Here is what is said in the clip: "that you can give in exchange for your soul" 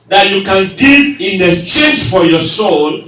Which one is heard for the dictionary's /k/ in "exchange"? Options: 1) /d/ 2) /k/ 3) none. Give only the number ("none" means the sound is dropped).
3